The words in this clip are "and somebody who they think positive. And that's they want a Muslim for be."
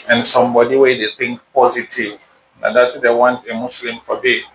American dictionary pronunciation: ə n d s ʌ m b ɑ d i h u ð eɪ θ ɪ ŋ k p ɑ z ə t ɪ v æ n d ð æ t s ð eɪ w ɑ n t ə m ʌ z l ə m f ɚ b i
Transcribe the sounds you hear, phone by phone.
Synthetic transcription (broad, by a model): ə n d s ʌ m b ɑ d i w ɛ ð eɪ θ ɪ ŋ k p ɑ z ə t ɪ v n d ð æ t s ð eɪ w ɑ n t ə m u s l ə m f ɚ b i